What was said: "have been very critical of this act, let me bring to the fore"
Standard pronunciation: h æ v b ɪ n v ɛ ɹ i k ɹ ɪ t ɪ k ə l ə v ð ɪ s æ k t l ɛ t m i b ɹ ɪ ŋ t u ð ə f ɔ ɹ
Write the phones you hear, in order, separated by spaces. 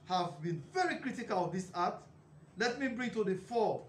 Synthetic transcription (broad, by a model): h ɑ v b ɪ n v ɛ ɹ i k ɹ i t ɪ k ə l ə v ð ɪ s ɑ t l ɛ t m i b ɹ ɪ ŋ t u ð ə f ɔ